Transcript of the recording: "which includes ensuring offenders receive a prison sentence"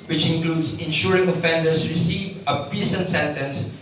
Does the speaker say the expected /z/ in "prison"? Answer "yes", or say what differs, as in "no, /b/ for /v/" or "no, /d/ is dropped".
no, /s/ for /z/